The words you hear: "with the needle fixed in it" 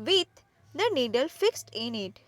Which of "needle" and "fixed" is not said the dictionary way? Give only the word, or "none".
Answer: none